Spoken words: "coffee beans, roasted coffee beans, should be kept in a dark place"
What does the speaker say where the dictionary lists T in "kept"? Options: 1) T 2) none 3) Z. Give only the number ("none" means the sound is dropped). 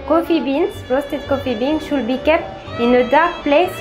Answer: 2